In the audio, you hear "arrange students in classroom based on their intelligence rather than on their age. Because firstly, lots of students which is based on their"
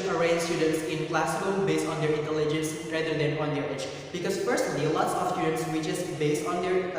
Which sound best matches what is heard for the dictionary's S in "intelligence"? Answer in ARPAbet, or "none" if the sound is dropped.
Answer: S